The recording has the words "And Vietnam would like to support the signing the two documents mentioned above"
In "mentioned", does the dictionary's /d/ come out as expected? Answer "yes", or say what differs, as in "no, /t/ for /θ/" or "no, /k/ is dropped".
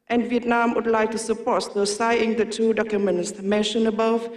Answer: no, /d/ is dropped